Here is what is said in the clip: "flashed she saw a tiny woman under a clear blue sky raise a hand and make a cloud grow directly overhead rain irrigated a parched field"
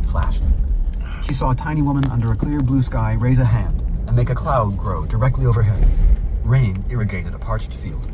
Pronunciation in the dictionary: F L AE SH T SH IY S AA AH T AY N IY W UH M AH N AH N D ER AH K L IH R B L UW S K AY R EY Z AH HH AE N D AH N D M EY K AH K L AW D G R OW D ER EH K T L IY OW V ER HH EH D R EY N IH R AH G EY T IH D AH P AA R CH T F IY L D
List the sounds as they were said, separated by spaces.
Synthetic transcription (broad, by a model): F L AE SH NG SH IY S AA AH T AY N IY W UH M AH N AH N D ER AH K L IH R B L UW S K AY R EY Z AH HH AE N D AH N M EY K AH K L AW D G R OW D ER EH K T L IY OW V ER HH EH D R EY N IH R AH G EY T IH D AH P AA R CH T F IY L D